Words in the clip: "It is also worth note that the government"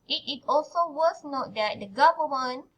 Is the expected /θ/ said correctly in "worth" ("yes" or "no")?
no